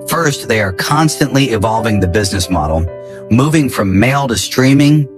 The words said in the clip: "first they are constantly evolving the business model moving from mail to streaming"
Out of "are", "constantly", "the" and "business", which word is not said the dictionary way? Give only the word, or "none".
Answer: none